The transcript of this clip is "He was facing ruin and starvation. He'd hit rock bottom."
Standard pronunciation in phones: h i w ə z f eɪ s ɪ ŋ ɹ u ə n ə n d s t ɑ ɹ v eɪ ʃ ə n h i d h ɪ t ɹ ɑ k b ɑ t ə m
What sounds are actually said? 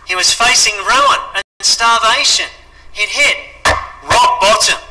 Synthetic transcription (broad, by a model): h i w ə z f eɪ s ɪ ŋ ɹ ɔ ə ə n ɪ s t ɑ ɹ v eɪ ʃ ə n h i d h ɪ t ɹ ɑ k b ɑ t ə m